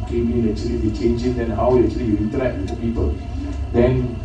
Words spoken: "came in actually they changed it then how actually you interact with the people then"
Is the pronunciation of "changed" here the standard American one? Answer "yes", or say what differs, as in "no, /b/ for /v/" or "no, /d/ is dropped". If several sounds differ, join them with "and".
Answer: no, /d/ is dropped